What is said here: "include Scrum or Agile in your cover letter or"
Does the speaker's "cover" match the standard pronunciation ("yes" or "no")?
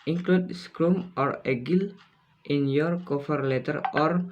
no